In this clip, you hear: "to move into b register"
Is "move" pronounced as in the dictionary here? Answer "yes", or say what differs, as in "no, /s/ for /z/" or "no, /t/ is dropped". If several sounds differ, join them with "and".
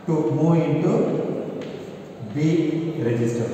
no, /v/ is dropped